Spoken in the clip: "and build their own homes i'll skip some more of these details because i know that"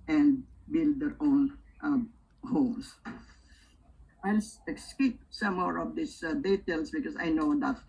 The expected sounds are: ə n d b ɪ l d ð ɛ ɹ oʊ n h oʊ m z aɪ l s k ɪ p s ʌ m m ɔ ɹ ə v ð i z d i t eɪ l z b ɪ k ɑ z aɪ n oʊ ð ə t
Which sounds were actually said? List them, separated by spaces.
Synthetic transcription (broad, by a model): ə n d b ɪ l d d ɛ ɹ oʊ n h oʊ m s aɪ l s k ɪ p s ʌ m m ɔ ɹ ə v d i s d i t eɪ l s b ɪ k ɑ s aɪ n oʊ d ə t